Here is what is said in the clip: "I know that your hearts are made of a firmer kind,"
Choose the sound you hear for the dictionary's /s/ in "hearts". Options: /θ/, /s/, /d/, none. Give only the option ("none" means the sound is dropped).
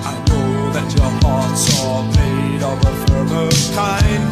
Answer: /s/